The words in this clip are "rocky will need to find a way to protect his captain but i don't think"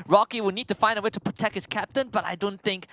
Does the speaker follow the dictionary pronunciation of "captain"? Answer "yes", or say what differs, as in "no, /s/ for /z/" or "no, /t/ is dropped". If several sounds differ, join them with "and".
yes